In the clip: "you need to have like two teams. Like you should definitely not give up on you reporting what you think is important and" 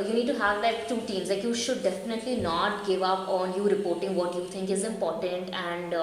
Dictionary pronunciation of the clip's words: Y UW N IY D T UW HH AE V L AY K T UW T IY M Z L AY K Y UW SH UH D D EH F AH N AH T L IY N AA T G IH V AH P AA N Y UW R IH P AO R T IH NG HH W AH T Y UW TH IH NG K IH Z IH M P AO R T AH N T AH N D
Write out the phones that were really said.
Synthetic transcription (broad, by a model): Y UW N IY D T UW HH AE V L AY K T UW T IY M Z L AY K Y UW SH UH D D EH F AH N AH T L IY N AA T G IH V AH P AA N Y UW R IH P AO R T IH NG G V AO T Y UW T IH NG K IH Z IH M P AO R T AH N T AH N D